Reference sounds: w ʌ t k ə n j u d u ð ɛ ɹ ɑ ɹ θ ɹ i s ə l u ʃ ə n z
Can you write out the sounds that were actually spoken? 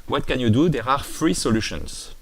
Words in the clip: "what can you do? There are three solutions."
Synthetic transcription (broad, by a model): w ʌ t k ə n j u d u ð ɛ ɹ ɑ ɹ f ɹ i s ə l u ʃ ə n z